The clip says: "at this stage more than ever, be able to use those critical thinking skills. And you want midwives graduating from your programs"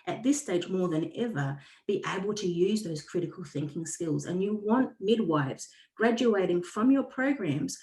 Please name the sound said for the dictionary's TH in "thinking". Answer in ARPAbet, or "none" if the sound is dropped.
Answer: TH